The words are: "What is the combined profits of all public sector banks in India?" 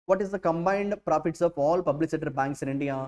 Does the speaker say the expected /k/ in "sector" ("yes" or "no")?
no